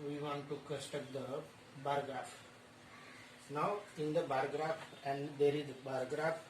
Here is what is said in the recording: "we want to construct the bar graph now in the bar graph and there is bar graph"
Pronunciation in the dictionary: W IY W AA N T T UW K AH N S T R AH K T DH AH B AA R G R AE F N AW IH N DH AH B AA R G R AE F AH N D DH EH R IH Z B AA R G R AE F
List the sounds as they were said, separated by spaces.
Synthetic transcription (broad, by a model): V IY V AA N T T UW K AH S T AH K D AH B AA R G R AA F N AW IH N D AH B AA R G R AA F AH N D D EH R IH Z B AA R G R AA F